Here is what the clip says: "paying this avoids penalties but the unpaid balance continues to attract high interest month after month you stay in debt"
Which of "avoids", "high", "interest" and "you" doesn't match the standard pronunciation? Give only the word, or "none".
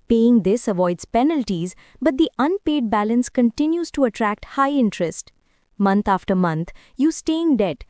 none